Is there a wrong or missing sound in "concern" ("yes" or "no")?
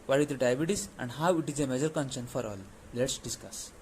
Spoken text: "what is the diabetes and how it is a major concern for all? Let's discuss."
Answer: yes